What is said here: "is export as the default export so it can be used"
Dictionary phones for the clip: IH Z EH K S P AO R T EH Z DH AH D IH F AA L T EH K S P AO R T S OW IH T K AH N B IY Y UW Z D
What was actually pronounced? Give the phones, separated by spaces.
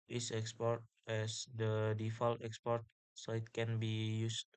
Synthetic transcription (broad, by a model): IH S EH K S P AO R T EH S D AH D IH F AA L T EH K S P AO R T S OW IH T K AH N B IY Y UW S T